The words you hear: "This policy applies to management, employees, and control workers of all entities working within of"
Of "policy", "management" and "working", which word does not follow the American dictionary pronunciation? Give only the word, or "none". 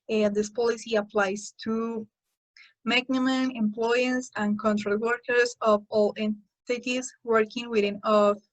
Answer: management